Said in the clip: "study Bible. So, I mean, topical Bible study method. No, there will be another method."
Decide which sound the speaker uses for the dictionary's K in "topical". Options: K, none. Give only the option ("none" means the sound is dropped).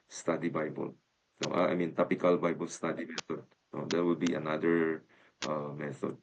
K